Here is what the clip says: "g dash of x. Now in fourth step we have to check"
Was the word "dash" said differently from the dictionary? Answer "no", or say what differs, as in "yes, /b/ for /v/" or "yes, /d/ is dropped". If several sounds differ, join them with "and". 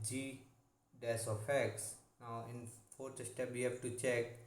yes, /s/ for /ʃ/